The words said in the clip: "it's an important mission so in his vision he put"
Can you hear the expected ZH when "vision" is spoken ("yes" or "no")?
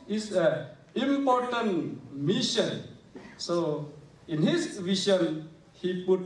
no